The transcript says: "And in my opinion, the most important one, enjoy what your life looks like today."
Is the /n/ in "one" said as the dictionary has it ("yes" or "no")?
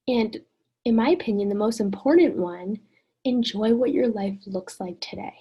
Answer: yes